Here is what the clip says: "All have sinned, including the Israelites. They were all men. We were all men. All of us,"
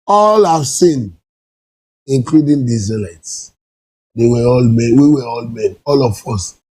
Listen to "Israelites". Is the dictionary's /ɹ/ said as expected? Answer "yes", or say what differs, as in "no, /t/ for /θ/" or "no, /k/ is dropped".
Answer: no, /ɹ/ is dropped